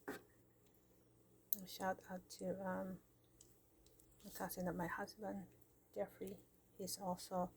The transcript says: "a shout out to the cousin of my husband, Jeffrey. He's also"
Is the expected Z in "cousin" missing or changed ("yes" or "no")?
yes